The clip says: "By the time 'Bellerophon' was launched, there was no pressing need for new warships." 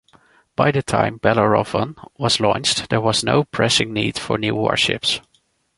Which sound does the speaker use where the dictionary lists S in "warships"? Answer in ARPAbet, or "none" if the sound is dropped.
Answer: S